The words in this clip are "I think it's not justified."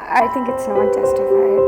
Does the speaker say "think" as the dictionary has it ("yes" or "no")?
yes